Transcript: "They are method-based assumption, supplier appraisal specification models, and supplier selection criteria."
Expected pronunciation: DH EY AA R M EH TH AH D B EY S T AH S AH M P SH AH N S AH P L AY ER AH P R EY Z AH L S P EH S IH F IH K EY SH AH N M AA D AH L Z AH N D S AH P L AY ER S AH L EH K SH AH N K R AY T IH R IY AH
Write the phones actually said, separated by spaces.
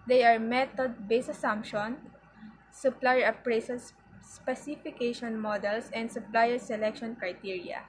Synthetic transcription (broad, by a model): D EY AA R M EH T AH D B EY S AH S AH M P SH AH N S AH P L AY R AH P R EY S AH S S P EH S IH F IH K EY SH AH N M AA D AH L S AH N D S AH P L AY ER S AH L EH K SH AH N K R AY T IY R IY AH